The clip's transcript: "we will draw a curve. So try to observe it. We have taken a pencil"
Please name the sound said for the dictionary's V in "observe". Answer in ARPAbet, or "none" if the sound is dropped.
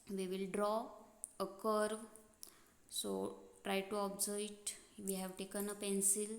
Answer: none